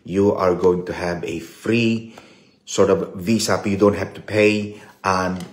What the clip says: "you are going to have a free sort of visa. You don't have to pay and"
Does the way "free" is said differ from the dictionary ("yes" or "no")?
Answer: no